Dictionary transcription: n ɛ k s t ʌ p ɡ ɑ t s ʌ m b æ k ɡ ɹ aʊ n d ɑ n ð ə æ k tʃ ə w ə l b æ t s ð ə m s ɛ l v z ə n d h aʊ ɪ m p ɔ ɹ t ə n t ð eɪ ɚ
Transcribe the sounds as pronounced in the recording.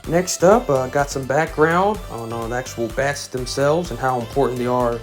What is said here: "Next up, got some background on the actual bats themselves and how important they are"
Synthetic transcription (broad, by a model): n ɛ k s t ʌ p ɡ ɑ t s ʌ m b æ k ɡ ɹ aʊ n d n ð æ k tʃ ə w l b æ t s ð ə m s ɛ l v z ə n h aʊ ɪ m p ɔ ɹ t n ð eɪ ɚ